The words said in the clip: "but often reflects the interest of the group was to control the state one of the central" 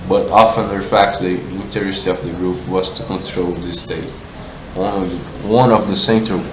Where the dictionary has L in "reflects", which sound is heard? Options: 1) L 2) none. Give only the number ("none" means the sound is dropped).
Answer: 2